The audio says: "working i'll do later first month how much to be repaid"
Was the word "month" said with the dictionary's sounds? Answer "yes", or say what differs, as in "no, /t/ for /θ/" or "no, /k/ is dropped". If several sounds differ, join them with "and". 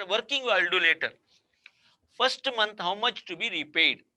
no, /t/ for /θ/